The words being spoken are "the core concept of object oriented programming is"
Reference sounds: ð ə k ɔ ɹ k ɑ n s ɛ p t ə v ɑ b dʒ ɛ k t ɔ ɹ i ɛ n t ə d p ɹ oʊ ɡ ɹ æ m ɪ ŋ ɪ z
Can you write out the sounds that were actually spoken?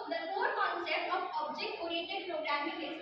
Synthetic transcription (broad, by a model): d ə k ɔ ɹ k ɑ n s ɛ p t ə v ɑ b dʒ ɛ k t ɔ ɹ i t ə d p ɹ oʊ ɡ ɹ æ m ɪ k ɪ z